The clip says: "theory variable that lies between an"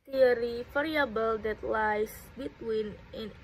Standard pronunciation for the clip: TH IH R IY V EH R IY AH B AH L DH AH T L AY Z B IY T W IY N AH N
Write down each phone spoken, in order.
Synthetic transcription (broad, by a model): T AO R IY F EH R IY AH B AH L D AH T L AY S B IY T W IY N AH N